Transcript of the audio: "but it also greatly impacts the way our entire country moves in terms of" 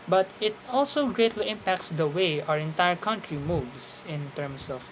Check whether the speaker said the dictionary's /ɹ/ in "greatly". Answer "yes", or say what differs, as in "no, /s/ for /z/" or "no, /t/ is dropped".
yes